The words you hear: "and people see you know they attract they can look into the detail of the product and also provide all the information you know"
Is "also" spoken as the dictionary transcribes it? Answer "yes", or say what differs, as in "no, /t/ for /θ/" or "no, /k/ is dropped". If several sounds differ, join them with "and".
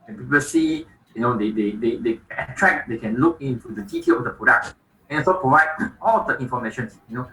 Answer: no, /l/ is dropped